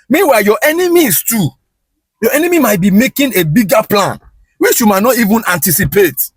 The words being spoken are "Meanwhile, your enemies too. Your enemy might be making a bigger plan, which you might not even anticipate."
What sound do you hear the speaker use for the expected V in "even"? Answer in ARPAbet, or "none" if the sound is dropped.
V